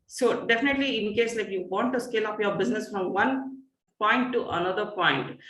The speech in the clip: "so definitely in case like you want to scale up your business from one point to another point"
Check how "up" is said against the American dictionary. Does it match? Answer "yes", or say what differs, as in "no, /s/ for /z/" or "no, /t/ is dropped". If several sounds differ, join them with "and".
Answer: no, /f/ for /p/